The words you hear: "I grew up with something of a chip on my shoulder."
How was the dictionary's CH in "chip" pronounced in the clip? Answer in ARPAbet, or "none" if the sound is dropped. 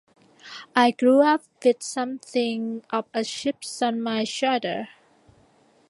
SH